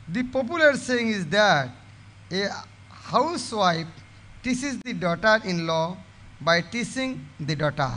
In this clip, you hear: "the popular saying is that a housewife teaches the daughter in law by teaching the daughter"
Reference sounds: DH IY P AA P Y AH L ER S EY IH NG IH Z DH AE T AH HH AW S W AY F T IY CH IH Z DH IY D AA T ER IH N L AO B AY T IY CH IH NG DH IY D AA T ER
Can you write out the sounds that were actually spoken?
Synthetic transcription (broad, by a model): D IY P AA P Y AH L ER S EY IH NG IH Z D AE T AH HH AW S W AY P T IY S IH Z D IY D AA T ER IH N L AO B AY T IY S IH NG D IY D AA T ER